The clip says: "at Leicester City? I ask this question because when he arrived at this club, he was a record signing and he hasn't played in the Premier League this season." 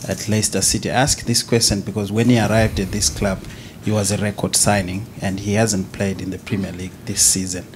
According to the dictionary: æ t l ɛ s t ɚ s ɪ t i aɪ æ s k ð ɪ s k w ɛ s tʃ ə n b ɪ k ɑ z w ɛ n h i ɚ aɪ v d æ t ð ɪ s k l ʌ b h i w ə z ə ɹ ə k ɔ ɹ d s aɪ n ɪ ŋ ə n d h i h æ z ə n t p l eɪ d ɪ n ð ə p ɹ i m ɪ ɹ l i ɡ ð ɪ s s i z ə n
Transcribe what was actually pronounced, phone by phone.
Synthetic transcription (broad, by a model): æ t l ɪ s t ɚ s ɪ t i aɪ æ s k ð ɪ s k w ɛ s tʃ ə n b ɪ k ɑ z w ɛ n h i ɚ aɪ v d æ t ð ɪ s k l ʌ b h i w ə z ə ɹ ə k ɔ ɹ d s aɪ n ɪ ŋ ə n d h i h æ z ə n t p l eɪ d ɪ n ð ə p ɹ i m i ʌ l i ɡ ð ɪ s s i z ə n